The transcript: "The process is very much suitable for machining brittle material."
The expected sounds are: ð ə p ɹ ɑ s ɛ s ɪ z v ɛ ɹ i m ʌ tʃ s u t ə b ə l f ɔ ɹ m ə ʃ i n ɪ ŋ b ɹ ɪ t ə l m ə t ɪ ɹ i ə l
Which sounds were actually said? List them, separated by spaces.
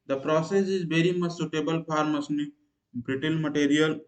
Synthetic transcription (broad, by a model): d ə p ɹ ɑ s ɛ s ɪ z v ɛ ɹ i m ʌ tʃ s u t ə b ə l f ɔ ɹ m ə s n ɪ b ɹ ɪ t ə n m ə t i ɹ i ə l